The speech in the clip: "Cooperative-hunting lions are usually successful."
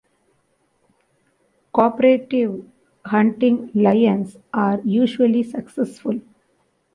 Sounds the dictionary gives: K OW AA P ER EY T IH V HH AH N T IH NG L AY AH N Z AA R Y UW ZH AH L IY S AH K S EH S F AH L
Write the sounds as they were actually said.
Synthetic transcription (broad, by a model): K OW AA P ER EY T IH V HH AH N T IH NG L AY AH N S AA R Y UW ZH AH L IY S AH K S EH S F AH L